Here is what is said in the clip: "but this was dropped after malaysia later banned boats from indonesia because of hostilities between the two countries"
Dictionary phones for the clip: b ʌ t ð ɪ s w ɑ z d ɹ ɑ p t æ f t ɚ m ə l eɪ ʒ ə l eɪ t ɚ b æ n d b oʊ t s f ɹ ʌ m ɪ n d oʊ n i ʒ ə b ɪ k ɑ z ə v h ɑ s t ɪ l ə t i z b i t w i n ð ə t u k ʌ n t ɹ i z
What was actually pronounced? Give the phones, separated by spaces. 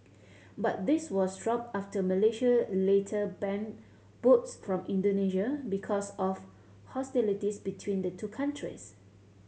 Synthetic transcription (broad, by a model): b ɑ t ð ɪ s w ɑ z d ɹ ɑ p ɑ f t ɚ m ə l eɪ ʃ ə l eɪ t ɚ b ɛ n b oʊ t s f ɹ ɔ m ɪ n d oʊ n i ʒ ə b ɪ k ɑ s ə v h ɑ s t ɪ l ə t i s b i t w i n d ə t u k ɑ n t ɹ i s